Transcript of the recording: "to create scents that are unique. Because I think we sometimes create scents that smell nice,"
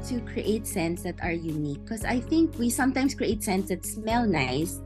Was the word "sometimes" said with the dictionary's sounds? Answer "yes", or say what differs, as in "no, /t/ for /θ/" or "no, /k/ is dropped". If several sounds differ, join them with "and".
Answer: no, /s/ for /z/